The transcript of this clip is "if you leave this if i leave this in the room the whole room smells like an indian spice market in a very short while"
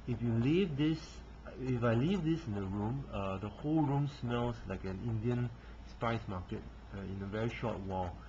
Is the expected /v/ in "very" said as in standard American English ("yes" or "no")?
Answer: yes